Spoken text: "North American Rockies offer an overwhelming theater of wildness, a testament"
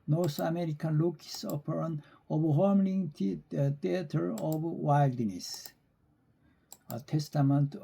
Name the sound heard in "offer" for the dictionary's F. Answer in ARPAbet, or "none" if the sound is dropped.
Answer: P